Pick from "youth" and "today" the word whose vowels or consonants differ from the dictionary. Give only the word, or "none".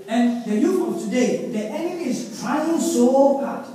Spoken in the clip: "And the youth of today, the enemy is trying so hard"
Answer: youth